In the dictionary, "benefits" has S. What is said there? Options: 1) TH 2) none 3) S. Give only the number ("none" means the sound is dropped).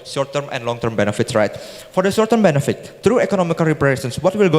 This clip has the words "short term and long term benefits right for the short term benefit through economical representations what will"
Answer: 3